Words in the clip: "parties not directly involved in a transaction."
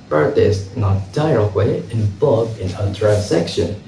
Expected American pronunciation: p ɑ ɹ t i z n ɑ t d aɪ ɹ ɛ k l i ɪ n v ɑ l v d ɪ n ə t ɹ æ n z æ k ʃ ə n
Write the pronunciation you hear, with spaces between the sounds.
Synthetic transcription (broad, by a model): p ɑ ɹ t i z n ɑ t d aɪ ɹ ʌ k w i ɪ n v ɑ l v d ɪ n ə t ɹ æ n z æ k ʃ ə n